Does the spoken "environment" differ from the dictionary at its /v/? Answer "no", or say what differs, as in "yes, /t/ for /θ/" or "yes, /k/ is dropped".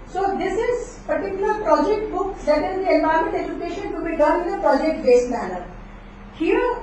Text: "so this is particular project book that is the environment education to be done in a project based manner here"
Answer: yes, /b/ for /v/